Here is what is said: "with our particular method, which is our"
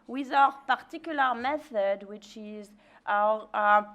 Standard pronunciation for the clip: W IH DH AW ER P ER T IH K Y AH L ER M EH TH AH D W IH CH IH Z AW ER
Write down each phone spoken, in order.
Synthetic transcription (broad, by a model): W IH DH AW ER P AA T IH K Y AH L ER M EH TH AH D W IH CH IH Z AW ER